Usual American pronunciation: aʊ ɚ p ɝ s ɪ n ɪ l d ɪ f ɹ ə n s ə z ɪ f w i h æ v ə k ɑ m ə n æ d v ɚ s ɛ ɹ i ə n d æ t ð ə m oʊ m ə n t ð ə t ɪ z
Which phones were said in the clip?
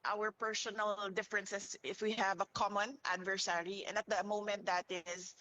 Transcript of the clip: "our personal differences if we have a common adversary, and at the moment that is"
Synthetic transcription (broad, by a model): aʊ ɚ p ɝ s ɪ n ɪ l d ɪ f ɹ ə n s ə s ɪ f w i h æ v ə k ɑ m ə n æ d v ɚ s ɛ ɹ i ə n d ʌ t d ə m oʊ m ə n t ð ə t ɪ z